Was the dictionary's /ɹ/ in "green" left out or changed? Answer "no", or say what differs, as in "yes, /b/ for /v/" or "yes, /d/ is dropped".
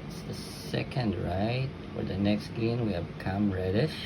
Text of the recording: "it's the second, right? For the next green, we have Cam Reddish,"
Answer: yes, /ɹ/ is dropped